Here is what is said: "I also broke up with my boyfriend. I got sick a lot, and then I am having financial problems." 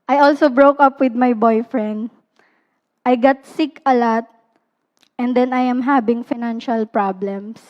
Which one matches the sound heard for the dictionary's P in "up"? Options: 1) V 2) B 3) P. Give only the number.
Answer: 3